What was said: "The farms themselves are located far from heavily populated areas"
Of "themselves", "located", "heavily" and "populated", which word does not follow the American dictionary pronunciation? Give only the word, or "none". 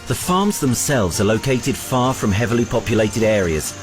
none